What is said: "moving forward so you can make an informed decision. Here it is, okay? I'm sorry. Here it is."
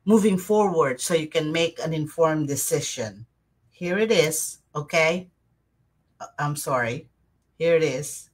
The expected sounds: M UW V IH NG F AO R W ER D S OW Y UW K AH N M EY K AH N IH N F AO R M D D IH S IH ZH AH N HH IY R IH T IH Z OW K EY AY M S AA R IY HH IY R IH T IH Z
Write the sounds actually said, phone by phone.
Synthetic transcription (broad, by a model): M UW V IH NG F AO R W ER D S OW Y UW K AH N M EY K AH N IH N F AO R M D D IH S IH SH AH N HH IY R IH T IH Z OW K EY AY M S AA R IY HH IY R IH T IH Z